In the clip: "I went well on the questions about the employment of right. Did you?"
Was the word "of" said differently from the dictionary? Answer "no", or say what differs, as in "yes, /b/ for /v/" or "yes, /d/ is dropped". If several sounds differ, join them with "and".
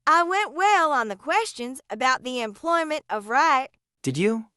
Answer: no